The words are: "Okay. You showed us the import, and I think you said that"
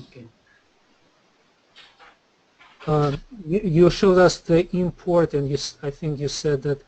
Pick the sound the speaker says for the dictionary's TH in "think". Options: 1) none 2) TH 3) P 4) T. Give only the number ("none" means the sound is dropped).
2